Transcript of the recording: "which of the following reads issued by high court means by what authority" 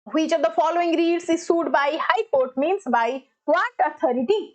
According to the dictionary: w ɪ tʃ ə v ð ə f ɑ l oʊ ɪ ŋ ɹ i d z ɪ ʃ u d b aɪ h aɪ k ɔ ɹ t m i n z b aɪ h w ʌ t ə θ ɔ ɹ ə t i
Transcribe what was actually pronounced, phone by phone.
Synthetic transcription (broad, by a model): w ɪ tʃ ə v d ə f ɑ l oʊ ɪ ŋ ɹ i d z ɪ s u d b aɪ h aɪ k ɔ ɹ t m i n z b aɪ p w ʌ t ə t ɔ ɹ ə t i